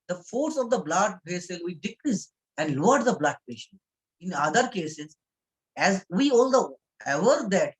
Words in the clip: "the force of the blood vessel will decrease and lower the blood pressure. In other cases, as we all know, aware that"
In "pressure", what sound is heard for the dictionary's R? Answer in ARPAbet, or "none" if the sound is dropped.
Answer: none